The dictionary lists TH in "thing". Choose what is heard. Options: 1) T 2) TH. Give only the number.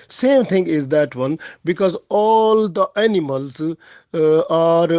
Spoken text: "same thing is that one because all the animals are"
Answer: 1